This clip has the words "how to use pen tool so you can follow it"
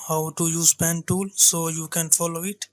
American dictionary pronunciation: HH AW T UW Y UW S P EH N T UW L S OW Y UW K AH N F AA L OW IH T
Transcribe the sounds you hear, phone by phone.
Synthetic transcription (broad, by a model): HH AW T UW Y UW S P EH N T UW L S OW Y UW K AH N F AA L OW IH T